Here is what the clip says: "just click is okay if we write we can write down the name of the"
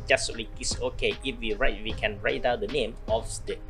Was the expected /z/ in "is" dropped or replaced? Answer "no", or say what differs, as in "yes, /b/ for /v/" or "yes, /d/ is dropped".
yes, /s/ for /z/